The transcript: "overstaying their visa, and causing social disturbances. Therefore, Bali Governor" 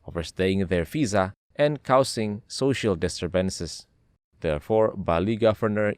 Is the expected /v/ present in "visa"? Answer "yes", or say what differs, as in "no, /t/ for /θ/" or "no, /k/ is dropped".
no, /f/ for /v/